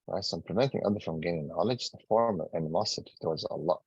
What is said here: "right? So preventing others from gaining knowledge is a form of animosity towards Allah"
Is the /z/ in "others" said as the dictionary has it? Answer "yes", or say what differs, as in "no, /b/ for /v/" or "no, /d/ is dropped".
no, /z/ is dropped